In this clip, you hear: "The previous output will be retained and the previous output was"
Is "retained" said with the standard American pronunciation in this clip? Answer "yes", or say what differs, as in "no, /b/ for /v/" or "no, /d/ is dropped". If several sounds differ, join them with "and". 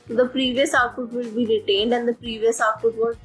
yes